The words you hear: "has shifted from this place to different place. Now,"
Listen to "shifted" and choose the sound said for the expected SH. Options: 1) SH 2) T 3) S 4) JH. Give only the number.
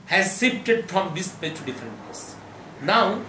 3